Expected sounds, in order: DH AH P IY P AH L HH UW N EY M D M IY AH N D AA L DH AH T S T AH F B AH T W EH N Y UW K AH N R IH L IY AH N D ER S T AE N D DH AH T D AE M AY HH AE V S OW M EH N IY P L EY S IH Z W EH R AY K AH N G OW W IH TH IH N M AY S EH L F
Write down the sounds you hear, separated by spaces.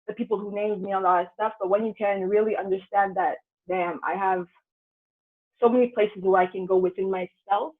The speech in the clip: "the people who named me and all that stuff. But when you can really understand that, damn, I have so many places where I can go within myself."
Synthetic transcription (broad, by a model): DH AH P IY P L HH UW N EY M D M IY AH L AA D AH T S T AH F B AH T W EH N Y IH K AH N R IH L IY AH N D ER S T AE N DH AH T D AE M AY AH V S OW M EH N IY P L EY S IH Z W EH R AY K AH N G OW W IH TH IH N M AY S EH L F